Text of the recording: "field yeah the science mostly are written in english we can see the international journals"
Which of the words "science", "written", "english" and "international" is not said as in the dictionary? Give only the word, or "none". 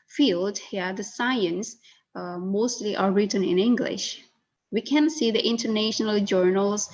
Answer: none